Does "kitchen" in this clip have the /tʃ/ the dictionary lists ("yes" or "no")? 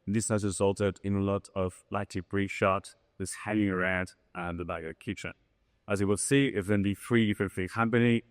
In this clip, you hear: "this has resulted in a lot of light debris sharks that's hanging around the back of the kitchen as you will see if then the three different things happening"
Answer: yes